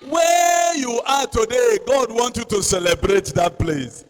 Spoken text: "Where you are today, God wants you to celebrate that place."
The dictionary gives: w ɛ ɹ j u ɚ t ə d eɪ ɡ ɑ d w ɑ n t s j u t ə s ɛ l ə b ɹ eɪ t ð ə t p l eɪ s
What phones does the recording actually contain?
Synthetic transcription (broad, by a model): w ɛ j u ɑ t ə d eɪ ɡ ɑ d w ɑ n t j u t ə s ɛ l ə b ɹ eɪ t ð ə t p l eɪ s